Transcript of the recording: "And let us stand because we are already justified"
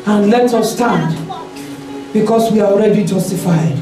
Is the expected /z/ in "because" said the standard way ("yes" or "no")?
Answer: no